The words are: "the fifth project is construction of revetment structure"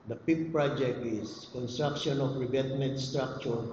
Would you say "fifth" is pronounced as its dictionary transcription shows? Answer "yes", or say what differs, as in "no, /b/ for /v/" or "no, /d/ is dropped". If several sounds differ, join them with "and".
no, /p/ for /f/